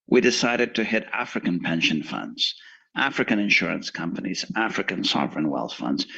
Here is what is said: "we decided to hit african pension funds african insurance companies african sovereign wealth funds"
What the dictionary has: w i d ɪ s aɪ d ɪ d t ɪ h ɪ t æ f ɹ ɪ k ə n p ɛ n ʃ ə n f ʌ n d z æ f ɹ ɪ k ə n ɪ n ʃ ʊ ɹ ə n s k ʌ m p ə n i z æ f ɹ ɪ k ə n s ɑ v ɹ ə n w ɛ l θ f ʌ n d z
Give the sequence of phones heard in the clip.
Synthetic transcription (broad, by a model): w i d ɪ s aɪ d ɪ d t ɪ h ɪ t æ f ɹ ɪ k ə n p ɛ n ʃ ə n f ʌ n d z æ f ɹ ɪ k ə n ɪ n ʃ ʊ ɹ ə n s k ʌ m p ə n i z æ f ɹ ɪ k ə n s ɑ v ɹ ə n w ɛ l θ f ʌ n d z